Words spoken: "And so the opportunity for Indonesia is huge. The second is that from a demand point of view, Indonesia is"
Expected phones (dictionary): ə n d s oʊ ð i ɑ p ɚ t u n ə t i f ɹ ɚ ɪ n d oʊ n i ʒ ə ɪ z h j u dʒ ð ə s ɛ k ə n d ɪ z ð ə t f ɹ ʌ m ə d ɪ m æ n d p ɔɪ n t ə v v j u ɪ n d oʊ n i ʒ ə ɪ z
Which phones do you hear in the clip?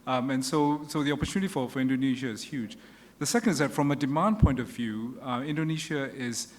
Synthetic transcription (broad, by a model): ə n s s oʊ ð i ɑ p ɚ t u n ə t i f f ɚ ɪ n d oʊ n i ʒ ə ɪ z h j u dʒ ð ə s ɛ k ə n d ɪ z ð ə t f ɹ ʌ m ə d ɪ m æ n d p ɔɪ n t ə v v j u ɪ n d oʊ n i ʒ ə ɪ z